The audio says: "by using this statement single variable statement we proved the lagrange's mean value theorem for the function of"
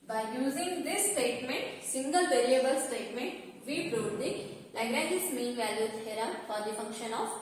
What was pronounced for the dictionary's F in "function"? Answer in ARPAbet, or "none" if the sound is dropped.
F